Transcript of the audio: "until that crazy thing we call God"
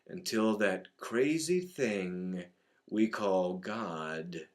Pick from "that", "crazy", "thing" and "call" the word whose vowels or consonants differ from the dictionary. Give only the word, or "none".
none